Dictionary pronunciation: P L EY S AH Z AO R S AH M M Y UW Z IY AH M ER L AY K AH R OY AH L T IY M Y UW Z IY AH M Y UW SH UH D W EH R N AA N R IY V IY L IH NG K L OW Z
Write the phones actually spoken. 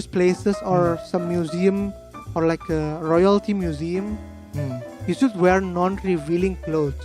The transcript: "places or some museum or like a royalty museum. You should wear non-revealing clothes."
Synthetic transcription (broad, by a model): P L EY S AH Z AO R S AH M M Y UW Z IY AH M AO L AY K AH R OY AH L T IY M Y UW Z IY AH M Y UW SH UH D W EH R N AA N R IY V IY L IH NG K L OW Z